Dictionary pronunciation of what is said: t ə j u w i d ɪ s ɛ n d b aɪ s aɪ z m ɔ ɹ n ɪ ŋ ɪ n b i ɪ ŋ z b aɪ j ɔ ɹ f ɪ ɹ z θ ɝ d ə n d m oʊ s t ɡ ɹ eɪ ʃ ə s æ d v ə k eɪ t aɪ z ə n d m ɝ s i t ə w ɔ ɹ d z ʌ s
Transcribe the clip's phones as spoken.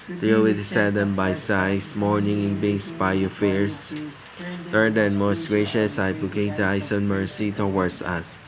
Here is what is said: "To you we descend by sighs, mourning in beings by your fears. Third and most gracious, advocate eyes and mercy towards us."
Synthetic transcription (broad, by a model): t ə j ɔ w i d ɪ s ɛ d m b aɪ s aɪ s m ɔ ɹ n ɪ ŋ ɪ n b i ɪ ŋ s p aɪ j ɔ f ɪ ɹ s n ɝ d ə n m oʊ s t ɡ ɹ eɪ ʃ ə s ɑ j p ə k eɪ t aɪ s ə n m ɝ s i t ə w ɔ ɹ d s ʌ s